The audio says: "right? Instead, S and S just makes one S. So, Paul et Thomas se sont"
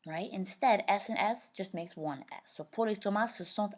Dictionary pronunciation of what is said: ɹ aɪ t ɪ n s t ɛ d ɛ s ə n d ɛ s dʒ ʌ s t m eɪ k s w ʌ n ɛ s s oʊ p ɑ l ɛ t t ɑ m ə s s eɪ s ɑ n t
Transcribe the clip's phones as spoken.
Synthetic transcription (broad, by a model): ɹ aɪ t ɪ n s t ɛ d ɛ s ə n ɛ s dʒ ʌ s t m eɪ k s w ʌ n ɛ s s oʊ p ɑ l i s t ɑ m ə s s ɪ s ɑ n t